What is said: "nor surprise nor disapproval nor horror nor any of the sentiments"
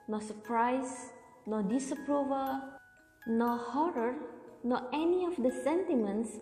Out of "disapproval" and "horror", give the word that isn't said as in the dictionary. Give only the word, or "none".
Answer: none